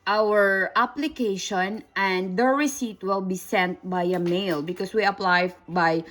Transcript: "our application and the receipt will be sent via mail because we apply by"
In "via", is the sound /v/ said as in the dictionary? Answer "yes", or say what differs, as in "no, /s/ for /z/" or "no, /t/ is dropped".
no, /b/ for /v/